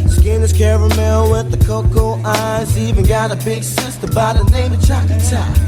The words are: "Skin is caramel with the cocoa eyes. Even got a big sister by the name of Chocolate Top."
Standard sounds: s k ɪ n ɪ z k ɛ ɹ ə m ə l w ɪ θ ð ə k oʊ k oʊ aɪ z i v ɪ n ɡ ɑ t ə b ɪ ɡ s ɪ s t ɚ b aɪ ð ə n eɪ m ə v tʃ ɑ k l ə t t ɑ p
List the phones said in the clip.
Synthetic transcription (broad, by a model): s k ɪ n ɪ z k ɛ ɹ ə m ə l w ɪ ð ə k oʊ k oʊ aɪ z i v ɪ n ɡ ɑ t ə b ɪ ɡ s ɪ s t ɚ b aɪ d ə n eɪ ə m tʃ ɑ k ə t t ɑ